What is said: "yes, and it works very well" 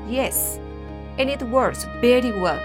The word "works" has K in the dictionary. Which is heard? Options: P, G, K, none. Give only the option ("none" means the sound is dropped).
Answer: none